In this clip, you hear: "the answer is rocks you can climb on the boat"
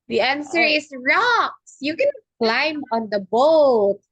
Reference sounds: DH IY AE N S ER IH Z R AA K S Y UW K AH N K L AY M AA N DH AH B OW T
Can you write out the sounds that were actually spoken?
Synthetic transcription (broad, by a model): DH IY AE N S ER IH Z R AA K S Y UW K AH N K L AY M AA N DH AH B OW T